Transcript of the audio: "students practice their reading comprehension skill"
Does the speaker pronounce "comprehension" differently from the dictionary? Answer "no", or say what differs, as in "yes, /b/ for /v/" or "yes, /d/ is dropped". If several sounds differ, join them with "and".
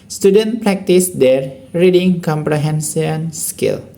yes, /s/ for /ʃ/